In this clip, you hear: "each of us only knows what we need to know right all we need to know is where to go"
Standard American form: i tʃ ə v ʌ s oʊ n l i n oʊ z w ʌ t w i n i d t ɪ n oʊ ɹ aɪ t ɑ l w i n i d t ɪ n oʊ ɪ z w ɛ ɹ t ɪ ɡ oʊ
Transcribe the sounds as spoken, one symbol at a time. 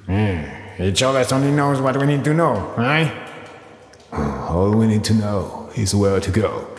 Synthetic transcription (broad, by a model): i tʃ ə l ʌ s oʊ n i n oʊ z w ʌ t w i n i d t ɪ n oʊ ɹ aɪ ɑ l w i n i d t ɪ n oʊ ɪ z w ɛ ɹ t ɪ ɡ oʊ